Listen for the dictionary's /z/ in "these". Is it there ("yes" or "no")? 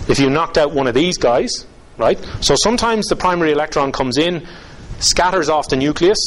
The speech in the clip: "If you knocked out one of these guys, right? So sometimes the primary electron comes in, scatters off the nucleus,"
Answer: yes